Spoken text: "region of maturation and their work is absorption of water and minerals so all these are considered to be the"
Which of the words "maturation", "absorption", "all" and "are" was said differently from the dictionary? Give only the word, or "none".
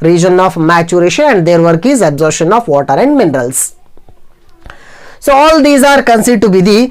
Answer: absorption